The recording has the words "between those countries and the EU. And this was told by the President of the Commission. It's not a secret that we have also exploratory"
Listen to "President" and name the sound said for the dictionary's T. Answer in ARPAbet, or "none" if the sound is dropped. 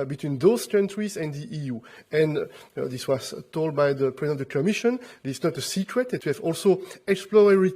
none